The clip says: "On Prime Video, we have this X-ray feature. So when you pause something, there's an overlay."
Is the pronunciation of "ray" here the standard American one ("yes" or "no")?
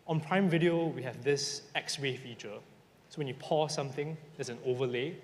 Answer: no